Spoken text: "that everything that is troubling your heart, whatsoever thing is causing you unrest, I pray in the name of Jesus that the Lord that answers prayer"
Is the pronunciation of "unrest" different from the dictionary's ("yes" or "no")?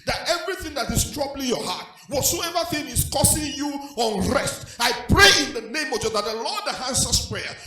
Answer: no